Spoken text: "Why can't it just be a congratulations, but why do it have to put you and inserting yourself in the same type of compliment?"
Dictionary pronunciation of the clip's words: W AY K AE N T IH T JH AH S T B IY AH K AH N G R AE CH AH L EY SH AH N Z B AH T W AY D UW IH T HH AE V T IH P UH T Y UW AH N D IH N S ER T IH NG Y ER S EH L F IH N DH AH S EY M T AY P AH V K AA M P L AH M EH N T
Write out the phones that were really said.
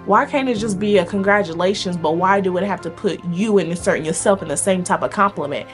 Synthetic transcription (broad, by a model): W AY K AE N IH T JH AH S B IY AH K AH N G R AE CH AH L EY SH AH N Z B AH T W AY D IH IH T HH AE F T IH P UH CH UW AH N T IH S ER T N Y ER S EH L F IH N DH AH S EY M T AY P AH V K AA M P L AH M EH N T